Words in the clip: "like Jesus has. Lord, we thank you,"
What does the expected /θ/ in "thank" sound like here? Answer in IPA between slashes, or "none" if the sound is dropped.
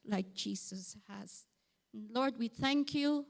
/θ/